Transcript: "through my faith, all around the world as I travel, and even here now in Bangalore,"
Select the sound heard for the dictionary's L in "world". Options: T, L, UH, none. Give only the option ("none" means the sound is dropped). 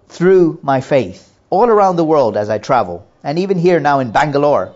L